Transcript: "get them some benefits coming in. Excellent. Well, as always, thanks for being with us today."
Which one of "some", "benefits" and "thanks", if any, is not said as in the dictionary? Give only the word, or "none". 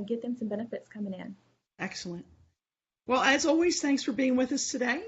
none